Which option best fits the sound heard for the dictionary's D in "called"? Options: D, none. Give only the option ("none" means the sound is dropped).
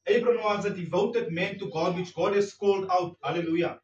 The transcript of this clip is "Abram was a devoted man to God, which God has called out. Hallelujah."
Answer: D